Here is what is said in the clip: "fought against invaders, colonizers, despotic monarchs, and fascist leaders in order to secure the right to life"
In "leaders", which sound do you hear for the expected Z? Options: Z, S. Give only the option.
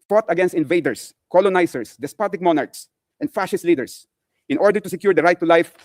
S